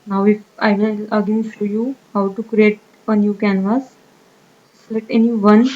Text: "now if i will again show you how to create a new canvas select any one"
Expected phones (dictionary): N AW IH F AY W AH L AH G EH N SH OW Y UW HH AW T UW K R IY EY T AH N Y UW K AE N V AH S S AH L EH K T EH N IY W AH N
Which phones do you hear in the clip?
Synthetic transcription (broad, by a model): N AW IH F AY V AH L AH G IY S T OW Y UW HH AW T UW K R IY EY T AH N Y UW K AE N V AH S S L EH T EH N IY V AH N